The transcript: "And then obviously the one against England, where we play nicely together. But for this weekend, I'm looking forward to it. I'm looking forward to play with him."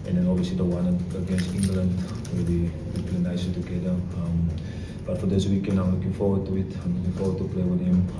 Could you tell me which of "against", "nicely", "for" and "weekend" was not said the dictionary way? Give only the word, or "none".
nicely